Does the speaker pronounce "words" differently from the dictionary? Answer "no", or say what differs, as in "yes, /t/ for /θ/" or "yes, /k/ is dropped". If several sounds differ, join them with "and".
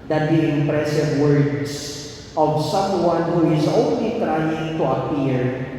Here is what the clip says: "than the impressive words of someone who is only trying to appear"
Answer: yes, /s/ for /z/